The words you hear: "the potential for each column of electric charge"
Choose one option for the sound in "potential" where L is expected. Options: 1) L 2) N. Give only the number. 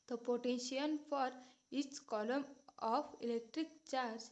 2